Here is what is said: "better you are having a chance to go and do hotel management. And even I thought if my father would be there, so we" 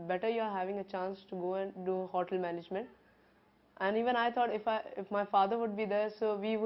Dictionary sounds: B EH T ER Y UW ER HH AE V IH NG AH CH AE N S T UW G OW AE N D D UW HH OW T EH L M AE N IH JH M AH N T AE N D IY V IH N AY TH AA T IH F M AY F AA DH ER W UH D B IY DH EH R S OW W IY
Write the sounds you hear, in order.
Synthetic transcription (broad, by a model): B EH T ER Y UW ER HH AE V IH NG AH CH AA N S T UW G OW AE N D D UW HH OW T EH L M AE N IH JH M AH N T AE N D IY V IH N AY T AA T IH F M AY F AA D ER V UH D B IY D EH R S OW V IY